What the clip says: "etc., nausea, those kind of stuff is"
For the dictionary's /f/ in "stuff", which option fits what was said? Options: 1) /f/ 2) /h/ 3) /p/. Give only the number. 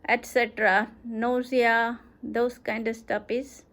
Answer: 3